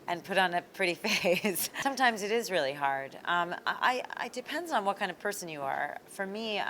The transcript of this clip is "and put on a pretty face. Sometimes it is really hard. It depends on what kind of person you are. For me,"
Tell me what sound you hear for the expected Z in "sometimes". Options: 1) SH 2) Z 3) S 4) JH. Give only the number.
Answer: 2